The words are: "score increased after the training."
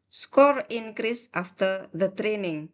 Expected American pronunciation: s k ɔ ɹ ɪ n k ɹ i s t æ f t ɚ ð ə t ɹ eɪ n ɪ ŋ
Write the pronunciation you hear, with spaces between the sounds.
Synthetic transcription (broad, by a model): s k ɔ ɹ ɪ n k ɹ i s t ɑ f t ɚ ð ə t ɹ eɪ n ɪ ŋ